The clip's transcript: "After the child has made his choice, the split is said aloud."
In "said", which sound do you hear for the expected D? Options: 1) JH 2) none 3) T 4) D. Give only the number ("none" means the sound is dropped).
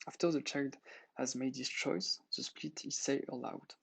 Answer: 2